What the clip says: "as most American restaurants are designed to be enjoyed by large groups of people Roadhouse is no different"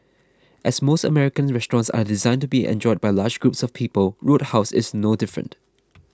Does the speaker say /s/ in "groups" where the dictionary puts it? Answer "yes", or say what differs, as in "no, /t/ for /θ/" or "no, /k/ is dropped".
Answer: yes